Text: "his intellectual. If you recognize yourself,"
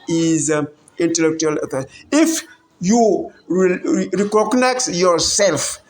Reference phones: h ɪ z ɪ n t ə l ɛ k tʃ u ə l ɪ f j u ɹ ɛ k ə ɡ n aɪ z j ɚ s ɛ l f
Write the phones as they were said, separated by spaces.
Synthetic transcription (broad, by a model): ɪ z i n t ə l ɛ k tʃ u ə l ɪ f j u ɹ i k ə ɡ n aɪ s j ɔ s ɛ l f